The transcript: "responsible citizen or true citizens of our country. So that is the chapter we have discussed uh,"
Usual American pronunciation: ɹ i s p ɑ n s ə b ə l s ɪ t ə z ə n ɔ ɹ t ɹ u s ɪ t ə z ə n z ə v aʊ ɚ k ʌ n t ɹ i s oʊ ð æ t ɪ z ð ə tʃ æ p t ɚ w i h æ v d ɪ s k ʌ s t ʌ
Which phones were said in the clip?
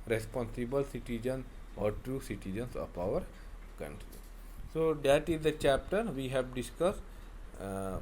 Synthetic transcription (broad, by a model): ɹ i s p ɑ n s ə b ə l s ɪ t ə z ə n ɔ ɹ t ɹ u s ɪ t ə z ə n s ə p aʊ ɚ k ʌ n t ɹ i s oʊ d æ t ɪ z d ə tʃ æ p t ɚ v i h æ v d ɪ s k ʌ s t